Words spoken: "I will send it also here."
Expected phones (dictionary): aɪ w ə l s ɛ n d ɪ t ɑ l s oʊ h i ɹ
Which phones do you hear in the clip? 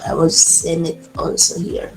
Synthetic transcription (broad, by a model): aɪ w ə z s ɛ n ɪ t ɑ l s oʊ h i ɹ